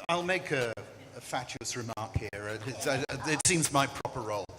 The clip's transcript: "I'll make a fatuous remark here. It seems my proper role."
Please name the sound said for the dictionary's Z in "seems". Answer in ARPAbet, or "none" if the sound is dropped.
Z